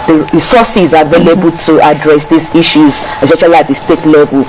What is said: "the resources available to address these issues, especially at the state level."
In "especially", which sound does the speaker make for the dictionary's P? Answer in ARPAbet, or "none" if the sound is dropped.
none